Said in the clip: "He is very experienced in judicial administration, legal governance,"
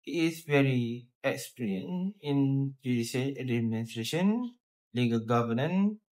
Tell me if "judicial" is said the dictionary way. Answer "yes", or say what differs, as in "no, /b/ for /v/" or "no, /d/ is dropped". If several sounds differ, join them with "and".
no, /s/ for /ʃ/